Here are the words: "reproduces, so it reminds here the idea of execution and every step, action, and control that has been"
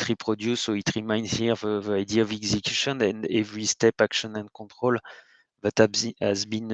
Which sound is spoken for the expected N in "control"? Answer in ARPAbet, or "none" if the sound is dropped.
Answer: none